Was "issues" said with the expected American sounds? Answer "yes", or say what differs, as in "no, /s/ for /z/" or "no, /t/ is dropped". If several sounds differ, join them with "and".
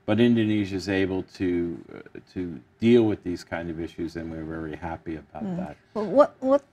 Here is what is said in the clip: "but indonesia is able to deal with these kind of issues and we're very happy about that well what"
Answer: yes